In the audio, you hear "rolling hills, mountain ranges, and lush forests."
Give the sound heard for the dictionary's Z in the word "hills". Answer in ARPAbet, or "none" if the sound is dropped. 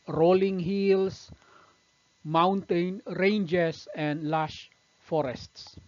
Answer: S